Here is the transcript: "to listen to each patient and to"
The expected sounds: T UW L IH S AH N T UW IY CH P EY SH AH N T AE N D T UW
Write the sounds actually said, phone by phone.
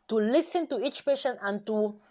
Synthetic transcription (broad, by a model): T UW L IH S AH N T UW IY CH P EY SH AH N AE N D T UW